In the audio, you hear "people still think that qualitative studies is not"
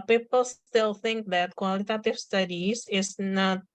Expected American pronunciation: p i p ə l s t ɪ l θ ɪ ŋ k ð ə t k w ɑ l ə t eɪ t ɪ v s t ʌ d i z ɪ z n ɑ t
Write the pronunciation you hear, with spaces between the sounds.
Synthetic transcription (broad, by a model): p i p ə l s t ɪ l θ ɪ ŋ k ð ə t k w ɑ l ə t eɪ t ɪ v s t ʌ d i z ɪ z n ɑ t